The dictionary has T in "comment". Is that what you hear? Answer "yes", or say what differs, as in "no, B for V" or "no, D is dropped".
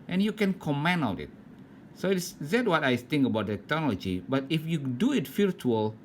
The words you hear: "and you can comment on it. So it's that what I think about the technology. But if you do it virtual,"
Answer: no, T is dropped